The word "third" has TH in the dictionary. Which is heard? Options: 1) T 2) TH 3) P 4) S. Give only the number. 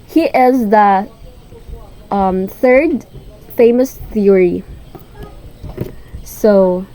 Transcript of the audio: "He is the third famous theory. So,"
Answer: 2